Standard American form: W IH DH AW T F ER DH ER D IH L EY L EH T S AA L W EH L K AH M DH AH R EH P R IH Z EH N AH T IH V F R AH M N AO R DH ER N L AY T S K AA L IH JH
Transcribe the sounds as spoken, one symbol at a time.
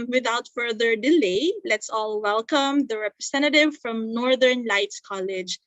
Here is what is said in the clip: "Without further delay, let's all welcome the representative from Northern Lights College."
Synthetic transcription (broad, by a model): W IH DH AW T F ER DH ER D IH L EY L EH T S AA L W EH L K AH M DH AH R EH P R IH S EH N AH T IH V F R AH M N AO R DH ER N L AY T S K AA L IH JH